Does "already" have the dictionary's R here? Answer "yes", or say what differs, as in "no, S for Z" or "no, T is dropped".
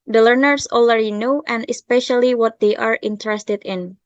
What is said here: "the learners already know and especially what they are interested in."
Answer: no, L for R